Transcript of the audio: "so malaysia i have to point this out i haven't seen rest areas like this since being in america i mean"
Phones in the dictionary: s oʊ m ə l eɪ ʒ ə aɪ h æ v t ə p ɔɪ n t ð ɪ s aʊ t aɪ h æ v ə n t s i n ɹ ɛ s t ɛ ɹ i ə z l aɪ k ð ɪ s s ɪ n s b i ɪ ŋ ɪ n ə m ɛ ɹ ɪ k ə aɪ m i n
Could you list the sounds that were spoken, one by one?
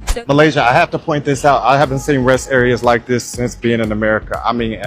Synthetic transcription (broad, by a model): m ə l eɪ ʒ ə aɪ h æ f t ə p ɔɪ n ð ɪ s aʊ t aɪ h æ v ə n t s i n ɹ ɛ s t ɛ ɹ i ə z l aɪ k ð ɪ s s ɪ n s b i ɪ ŋ ɪ n ə m ɛ ɹ ɪ k ə aɪ m i n